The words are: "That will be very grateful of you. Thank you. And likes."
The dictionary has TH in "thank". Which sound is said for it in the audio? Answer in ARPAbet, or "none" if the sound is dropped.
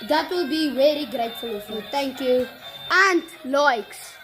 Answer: T